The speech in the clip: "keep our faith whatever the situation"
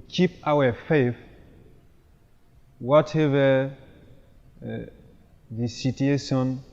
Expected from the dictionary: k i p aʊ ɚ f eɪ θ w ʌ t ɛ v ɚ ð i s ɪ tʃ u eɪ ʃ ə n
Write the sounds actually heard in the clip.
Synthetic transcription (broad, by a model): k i p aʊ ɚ f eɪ f w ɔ t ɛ v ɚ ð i s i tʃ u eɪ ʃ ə n